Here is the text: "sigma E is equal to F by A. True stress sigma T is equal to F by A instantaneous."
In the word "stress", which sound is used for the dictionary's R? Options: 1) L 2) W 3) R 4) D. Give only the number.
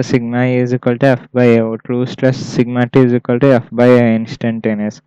1